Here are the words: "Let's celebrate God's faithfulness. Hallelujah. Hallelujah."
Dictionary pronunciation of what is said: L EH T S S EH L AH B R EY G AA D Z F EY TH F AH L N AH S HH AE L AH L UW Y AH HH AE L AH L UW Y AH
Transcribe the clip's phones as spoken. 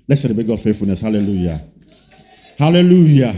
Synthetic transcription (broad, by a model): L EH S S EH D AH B EY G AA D F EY F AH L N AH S HH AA L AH L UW Y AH HH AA L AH L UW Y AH